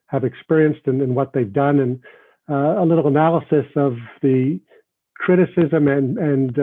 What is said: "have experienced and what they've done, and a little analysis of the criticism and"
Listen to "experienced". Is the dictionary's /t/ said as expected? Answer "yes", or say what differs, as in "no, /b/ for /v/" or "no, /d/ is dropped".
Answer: yes